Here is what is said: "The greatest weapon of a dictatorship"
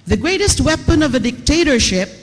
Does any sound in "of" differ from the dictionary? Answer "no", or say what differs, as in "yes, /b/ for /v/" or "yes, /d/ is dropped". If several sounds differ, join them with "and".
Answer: no